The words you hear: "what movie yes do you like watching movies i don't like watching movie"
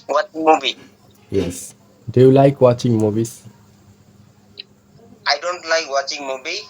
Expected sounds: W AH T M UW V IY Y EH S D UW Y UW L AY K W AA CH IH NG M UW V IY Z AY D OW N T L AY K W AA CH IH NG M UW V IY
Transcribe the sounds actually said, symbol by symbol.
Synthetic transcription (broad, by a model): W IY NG M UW B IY Y EH S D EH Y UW L AY K W AA CH IH NG M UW B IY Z AY D OW N T L AY K W AA CH IH NG M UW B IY